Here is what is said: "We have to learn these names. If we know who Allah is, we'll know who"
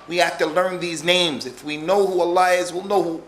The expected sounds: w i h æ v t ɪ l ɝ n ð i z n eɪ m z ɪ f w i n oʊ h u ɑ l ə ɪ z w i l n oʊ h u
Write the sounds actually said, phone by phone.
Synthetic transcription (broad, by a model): w i h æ f t ɪ l ɝ n ð i z n eɪ m z ɪ f w i n oʊ h u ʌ l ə ɪ z w i l n oʊ h u